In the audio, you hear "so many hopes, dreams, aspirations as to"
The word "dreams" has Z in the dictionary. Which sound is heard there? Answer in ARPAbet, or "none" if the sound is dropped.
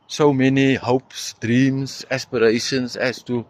S